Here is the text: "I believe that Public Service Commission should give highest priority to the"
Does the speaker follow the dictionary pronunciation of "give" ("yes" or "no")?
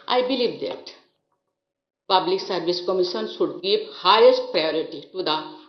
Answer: no